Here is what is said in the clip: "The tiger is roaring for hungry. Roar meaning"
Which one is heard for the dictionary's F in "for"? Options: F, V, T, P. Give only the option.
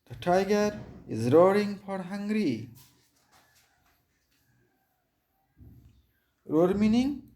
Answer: P